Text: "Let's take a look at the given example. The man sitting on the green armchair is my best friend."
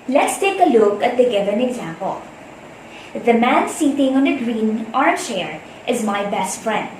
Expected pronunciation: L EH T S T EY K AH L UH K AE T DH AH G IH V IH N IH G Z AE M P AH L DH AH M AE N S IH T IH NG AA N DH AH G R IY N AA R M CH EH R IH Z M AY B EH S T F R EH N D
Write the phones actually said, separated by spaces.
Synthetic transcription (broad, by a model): L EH T S T EY K AH L UH K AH T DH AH G IH V IH N IH G Z AE M P AH L DH AH M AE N S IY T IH NG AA N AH G R IY N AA R CH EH R IH Z M AY B EH S T F R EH N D